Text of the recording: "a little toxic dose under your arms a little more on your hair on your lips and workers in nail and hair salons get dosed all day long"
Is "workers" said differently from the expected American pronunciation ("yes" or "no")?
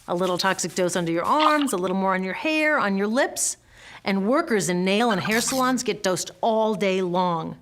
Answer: no